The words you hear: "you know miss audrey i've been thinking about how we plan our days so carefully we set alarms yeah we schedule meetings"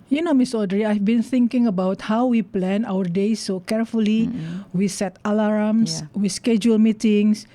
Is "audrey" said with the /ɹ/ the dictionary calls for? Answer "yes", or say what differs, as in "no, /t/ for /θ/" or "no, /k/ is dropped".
yes